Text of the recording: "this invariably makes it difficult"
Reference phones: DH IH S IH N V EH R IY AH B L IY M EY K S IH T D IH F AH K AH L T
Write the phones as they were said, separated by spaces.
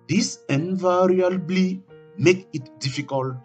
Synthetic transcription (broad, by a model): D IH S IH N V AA R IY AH B L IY M EY K IH T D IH F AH K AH L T